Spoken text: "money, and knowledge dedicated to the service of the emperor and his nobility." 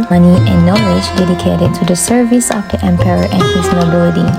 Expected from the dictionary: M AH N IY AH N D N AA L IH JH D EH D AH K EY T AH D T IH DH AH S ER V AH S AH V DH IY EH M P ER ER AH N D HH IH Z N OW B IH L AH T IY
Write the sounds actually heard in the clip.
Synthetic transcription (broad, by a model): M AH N IY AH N N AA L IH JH D EH D AH K EY T AH D T IH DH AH S ER V AH S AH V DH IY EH M P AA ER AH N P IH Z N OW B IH L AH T IY